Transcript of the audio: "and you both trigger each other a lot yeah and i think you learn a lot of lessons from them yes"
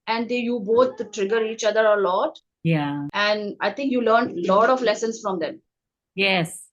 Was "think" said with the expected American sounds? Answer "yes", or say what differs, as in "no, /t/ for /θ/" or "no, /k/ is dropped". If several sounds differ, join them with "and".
no, /t/ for /θ/